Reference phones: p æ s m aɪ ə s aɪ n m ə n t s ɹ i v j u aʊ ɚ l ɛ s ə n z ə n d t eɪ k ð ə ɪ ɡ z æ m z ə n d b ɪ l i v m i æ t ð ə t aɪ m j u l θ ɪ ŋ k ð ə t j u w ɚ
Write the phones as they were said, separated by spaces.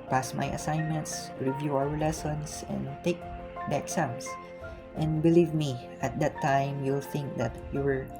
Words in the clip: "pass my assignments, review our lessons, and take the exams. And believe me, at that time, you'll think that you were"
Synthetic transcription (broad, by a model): p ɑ s m aɪ ə s aɪ n m ə n t s ɹ i v j u aʊ ɚ l ɛ s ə n s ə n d t eɪ k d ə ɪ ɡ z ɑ m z ə n d b ɪ l i v m i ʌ t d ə t aɪ m j u l θ ɪ ŋ k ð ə t j u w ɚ